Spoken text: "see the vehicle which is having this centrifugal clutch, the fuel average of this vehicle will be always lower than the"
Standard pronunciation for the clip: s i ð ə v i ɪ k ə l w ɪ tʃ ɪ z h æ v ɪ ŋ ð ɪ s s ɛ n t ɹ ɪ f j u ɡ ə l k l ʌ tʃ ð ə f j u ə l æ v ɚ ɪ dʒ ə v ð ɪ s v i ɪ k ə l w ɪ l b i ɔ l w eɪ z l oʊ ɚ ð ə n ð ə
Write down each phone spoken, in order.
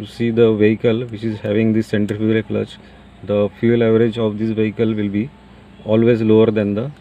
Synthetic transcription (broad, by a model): s i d ə v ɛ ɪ k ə l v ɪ tʃ ɪ z h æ v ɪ ŋ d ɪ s s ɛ n t ɪ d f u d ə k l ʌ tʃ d ə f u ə l æ v ɚ ɪ dʒ ə v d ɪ s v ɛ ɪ k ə l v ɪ l b i ɔ l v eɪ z l oʊ ɚ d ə n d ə